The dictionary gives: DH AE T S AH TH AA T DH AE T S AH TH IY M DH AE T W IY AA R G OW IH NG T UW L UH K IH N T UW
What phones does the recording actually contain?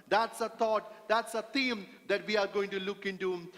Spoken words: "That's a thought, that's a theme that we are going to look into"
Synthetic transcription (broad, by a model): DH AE T S AH T AA T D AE T S AH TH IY M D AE T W IY AA R G OW IH NG T UW L UH K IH N T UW